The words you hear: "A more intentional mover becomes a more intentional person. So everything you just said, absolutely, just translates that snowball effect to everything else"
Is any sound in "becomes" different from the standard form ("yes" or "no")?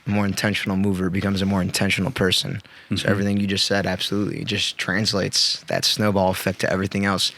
no